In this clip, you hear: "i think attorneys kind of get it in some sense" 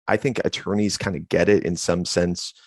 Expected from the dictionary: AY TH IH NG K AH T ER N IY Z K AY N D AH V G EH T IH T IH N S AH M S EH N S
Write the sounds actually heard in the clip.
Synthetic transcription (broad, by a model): AY TH IH NG K AH T ER N IY Z K AY N D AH G EH T IH T IH N S AH M S EH N S